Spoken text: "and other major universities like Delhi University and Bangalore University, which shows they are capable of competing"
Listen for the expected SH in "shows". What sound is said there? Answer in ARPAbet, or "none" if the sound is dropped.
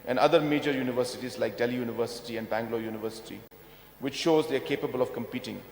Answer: SH